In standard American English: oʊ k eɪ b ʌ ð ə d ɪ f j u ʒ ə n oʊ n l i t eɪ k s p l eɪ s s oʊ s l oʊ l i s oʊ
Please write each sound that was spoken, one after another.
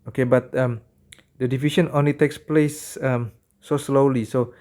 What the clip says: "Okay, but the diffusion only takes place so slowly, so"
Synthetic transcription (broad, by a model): oʊ k eɪ b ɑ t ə d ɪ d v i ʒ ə n oʊ n l i t eɪ k s p l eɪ s s oʊ s l oʊ l i s oʊ